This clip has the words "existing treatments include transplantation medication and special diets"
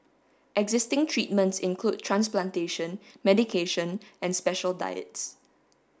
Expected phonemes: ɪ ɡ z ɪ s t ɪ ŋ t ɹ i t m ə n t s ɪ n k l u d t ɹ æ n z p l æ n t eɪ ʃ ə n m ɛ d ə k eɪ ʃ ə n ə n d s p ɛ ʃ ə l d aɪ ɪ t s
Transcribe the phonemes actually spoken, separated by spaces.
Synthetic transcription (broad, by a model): ɪ ɡ z ɪ s t ɪ ŋ t ɹ i t m ə n t s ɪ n k l u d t ɹ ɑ n s p l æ n t eɪ ʃ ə n m ɛ d ə k eɪ ʃ ə n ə n s p ɛ ʃ ə l d aɪ ɪ t s